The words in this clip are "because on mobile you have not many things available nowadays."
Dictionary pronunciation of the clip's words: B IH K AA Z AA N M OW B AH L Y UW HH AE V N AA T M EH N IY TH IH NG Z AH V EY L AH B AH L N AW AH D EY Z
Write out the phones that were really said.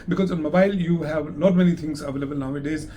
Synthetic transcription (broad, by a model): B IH K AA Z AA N M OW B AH L Y UW HH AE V L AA T M EH N IY T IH NG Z AH V EY L AH B AH L N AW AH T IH Z